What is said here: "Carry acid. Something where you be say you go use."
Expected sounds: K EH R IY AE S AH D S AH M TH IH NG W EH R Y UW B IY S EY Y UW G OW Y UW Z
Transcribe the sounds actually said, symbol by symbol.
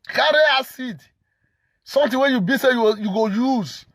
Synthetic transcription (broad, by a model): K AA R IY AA S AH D S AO M T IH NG W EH Y UW B IY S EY Y UW G OW Y UW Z